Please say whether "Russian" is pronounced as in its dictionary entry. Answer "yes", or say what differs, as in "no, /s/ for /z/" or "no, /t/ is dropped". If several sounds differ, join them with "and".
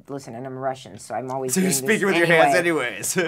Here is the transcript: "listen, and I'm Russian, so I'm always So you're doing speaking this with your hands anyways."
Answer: yes